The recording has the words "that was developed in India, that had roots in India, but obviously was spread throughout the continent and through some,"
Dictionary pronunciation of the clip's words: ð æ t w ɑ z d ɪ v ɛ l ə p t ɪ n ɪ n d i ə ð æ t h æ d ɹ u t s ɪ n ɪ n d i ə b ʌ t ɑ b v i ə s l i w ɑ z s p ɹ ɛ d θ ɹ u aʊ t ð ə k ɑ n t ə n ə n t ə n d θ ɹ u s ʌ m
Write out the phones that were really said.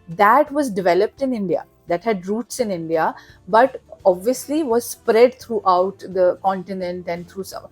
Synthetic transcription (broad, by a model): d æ t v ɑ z d ɪ v ɛ l ə p t ɪ n ɪ n d i ə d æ t h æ d ɹ u t s ɪ n ɪ n d i ə b ʌ t ɑ b v i ə s l i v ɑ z s p ɹ ɛ d t ɹ u aʊ t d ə k ɑ n t ə n ə n t ə n d t ɹ u s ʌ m